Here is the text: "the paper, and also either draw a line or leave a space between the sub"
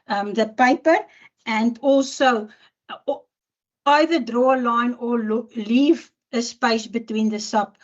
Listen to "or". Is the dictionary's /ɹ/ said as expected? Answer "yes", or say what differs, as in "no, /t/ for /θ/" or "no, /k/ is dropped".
no, /l/ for /ɹ/